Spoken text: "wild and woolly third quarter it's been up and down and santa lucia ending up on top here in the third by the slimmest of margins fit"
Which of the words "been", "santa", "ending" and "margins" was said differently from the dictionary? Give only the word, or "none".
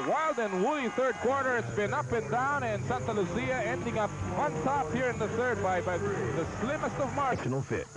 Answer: margins